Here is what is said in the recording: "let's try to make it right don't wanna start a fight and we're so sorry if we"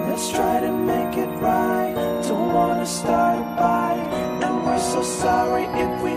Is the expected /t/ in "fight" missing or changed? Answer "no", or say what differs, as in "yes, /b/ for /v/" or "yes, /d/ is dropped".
yes, /t/ is dropped